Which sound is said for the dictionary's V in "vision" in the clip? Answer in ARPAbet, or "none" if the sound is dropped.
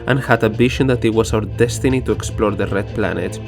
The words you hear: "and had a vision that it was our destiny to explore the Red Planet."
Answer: B